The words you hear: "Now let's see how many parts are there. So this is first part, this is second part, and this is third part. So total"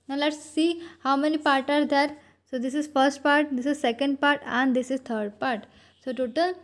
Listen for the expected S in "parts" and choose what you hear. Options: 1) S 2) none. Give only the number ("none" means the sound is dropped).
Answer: 2